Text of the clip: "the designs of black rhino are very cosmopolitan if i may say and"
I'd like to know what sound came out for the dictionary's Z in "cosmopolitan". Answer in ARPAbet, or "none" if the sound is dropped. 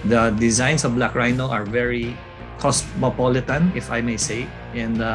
S